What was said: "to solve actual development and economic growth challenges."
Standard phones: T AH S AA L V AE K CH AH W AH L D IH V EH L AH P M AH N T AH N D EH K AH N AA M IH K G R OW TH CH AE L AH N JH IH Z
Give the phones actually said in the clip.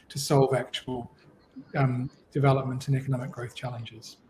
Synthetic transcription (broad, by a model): T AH S AA L V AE K CH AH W AH L D IH V EH L AH P M AH N T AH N EH K AH N AA M IH K G R OW TH CH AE L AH N JH IH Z